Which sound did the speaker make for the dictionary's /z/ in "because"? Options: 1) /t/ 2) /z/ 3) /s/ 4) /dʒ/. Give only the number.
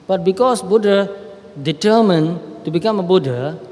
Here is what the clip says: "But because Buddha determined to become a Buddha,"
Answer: 3